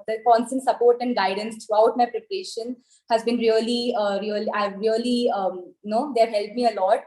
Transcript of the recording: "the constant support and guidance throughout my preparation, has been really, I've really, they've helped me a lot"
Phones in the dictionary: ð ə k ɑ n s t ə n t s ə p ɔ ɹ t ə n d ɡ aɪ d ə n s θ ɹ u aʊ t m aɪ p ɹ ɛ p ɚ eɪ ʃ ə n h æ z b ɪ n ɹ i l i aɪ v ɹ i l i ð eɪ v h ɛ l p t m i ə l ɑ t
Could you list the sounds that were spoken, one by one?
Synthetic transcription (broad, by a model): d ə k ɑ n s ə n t s ə p ɔ ɹ t ə n d ɡ aɪ d ə n s t ɹ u aʊ t m aɪ p ɹ ɛ p ɚ eɪ ʃ ə n h æ z b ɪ n ɹ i l i aɪ v ɹ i l i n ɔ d h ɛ l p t m i ə l ɑ t